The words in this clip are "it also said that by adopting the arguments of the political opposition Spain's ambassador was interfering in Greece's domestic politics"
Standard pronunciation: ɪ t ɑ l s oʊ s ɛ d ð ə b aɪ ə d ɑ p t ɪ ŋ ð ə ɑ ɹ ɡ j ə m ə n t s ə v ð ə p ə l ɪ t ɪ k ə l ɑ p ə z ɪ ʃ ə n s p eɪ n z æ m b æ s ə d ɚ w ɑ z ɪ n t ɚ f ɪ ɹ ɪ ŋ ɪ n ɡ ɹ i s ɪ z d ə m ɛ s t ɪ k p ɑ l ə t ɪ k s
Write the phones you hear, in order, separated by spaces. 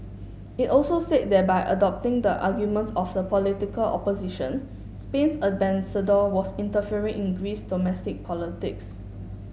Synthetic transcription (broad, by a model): ɪ t ɑ l s oʊ s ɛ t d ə b aɪ ə d ɑ p t ɪ ŋ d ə ɑ ɡ j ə m ə n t s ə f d ə p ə l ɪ t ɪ k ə l ɑ p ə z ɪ ʃ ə n s p eɪ n s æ b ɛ s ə d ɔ w ɑ s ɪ n t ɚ f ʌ ɹ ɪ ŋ ɪ n ɡ ɹ i s d ə m ɛ s t ɪ k p ɑ l ə t ɪ k s